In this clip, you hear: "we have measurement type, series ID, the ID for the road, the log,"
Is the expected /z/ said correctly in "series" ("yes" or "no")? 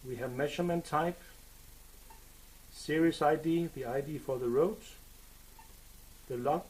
no